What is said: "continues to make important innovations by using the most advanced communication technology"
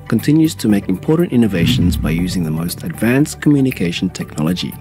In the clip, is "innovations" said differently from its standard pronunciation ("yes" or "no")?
no